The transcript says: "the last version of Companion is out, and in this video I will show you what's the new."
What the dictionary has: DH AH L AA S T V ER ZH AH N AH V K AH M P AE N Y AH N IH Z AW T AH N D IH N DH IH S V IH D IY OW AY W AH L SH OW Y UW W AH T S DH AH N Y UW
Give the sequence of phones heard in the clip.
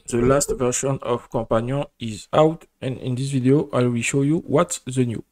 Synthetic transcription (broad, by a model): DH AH L AA S T V ER SH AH N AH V K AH P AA N Y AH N IH Z AW T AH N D IH N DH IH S V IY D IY OW AY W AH SH OW Y UW W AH T S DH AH N Y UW